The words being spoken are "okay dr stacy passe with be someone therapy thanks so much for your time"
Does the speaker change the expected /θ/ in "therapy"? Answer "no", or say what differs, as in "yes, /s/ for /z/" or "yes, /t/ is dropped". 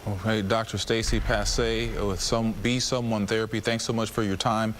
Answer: no